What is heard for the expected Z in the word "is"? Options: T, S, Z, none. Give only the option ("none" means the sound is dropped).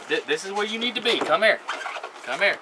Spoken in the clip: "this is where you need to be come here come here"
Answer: Z